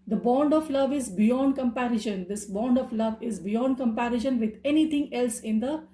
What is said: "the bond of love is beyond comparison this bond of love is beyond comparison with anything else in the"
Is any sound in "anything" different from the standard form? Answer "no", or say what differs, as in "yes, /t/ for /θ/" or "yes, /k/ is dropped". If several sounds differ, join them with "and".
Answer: yes, /t/ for /θ/